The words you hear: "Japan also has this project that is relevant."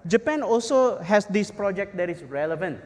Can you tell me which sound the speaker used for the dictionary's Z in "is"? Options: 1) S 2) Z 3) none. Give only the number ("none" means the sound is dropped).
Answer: 1